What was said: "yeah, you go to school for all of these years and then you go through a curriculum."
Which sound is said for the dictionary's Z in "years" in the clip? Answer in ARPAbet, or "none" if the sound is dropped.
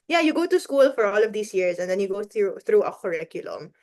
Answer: S